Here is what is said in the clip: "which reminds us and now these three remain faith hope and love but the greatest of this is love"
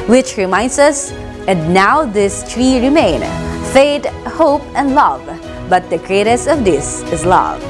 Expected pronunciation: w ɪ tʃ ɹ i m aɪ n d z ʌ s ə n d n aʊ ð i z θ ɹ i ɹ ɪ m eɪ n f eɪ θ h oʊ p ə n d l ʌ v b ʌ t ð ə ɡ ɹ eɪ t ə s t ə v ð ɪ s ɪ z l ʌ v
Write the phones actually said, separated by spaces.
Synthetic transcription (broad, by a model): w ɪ tʃ ɹ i m aɪ n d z ʌ s ə n d n aʊ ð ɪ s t ɹ i ɹ ɪ m eɪ n f eɪ t h oʊ p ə n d l ʌ v b ʌ t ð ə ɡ ɹ eɪ t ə s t ə v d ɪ s ɪ z l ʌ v